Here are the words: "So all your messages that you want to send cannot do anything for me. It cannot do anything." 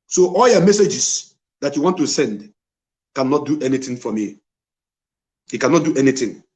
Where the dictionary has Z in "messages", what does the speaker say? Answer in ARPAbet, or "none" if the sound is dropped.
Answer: S